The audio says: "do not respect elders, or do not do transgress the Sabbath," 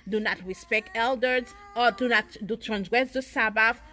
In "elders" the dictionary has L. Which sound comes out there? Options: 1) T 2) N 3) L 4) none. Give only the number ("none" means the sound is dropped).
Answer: 3